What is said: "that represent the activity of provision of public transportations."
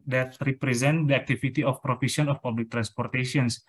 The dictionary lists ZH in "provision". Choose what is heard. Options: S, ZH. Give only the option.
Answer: S